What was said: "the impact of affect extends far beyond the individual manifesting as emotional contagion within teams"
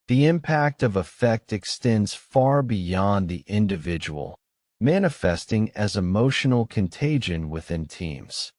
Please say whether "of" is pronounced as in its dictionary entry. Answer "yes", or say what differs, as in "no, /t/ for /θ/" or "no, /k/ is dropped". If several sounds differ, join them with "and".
yes